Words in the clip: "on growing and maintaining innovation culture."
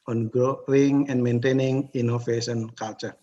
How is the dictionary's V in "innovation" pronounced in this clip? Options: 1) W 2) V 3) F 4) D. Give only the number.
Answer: 3